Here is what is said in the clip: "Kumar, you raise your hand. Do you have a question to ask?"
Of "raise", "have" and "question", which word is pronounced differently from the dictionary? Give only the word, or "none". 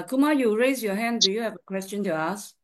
none